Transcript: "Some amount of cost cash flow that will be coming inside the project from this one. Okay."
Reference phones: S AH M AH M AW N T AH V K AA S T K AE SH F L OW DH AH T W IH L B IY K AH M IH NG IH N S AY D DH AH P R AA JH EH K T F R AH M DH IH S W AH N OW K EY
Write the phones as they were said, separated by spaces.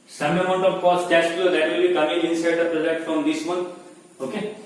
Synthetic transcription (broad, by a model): S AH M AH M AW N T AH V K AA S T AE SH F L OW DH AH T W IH L B IY K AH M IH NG IH N S AY D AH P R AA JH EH T F R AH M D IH S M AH N OW K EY